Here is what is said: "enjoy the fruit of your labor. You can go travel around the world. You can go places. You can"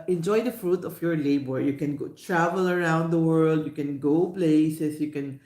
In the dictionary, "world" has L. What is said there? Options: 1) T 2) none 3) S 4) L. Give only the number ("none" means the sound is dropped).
4